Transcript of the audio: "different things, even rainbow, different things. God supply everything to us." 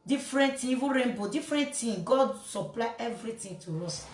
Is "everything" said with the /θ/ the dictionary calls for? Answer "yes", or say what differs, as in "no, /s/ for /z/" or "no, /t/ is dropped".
no, /t/ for /θ/